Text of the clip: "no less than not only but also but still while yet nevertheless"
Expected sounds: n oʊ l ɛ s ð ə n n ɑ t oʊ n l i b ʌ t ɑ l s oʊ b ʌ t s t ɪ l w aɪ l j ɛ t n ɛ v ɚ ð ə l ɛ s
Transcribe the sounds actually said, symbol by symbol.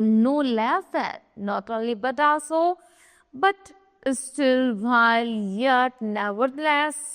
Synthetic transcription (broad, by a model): n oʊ l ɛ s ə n n ɑ t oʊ l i b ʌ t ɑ s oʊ b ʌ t s t ɪ l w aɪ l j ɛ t n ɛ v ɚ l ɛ s